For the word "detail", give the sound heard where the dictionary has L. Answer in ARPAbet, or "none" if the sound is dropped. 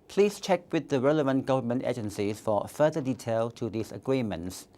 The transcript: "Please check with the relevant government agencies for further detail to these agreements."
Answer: L